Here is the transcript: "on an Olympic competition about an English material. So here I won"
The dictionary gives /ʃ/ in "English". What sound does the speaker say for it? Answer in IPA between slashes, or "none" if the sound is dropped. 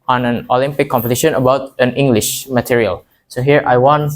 /ʃ/